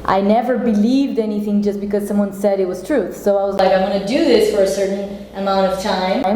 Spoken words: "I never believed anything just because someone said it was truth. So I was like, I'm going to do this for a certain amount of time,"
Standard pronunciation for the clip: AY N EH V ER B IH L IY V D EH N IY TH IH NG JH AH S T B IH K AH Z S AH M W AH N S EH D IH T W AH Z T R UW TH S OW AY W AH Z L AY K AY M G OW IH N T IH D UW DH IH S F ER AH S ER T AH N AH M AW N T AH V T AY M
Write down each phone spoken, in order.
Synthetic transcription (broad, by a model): AY N EH V ER B IH L IY V D EH N IY TH IH NG JH AH S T B IH K AH Z S AH M W AH N S EH D IH T W AH Z T R UW TH S OW AY W AH Z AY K AY M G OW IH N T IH D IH DH IH S F ER AH S ER T N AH M AW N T AH V T AY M